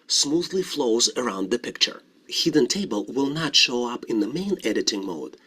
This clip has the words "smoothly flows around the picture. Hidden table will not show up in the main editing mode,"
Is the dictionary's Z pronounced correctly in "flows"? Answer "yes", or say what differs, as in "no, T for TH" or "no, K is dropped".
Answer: yes